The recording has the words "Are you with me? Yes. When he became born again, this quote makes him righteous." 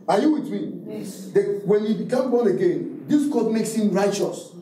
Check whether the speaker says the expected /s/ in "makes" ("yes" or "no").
yes